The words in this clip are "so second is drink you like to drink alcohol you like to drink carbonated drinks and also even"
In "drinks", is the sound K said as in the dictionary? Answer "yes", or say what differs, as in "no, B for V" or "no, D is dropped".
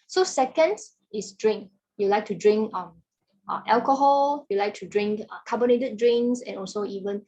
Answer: no, K is dropped